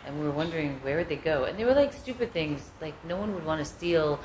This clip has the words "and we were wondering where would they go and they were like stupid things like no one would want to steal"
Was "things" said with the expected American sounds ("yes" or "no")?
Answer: yes